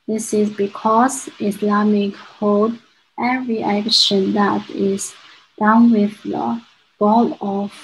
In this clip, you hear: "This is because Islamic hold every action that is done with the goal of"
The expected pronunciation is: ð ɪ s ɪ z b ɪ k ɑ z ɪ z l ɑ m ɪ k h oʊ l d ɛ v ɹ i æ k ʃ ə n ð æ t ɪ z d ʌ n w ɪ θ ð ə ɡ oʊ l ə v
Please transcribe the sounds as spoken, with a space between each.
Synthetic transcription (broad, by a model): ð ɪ s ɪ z b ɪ k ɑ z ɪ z l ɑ m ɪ k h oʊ d ɛ v ɹ i æ k ʃ ə n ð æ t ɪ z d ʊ n w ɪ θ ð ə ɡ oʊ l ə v